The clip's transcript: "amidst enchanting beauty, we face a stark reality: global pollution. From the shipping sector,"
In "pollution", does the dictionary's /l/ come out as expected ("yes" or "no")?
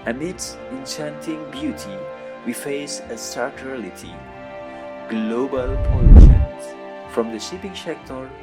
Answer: no